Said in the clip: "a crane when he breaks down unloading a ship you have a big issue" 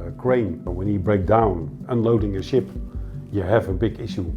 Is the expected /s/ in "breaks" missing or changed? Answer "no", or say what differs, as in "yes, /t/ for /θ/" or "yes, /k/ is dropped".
yes, /s/ is dropped